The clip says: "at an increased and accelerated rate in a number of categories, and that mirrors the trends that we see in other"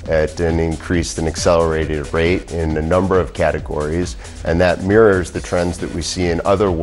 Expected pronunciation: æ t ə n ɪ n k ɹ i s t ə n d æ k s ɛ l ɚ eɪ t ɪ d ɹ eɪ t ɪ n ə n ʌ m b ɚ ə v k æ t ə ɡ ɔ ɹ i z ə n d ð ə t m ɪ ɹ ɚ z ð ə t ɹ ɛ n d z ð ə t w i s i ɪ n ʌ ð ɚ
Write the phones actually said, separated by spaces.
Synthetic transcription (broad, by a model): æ t ə n ɪ n k ɹ i s t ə n æ k s ɛ l ɚ eɪ t ɪ d ɹ eɪ t ɪ n ə n ʌ m b ɚ ə v k æ t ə ɡ ɔ ɹ i z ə n ð ə t m ɪ ɹ ɚ z ð ə t ɹ ɛ n d z ð ə t w i s i ɪ n ʌ ð ɚ